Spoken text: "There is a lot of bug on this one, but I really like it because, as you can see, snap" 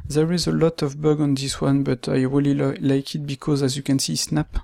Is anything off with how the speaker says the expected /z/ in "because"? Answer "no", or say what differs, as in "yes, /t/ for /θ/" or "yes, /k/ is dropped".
no